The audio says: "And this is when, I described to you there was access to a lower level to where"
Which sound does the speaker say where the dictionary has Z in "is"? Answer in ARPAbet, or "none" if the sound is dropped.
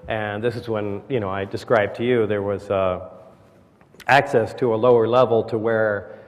Z